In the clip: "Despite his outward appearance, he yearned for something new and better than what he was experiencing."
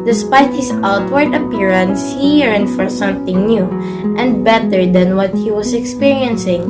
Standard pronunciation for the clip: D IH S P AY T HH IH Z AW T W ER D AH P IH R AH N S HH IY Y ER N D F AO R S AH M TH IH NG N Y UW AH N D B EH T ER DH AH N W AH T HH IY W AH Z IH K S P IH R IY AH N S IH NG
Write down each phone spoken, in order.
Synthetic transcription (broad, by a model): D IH S P AY T HH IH S AW T W ER D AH P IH R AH N S HH IY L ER N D F AO R S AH M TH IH NG N Y UW AH N D B EH T ER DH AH N W AH T HH IY W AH S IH K S P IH R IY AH N S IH NG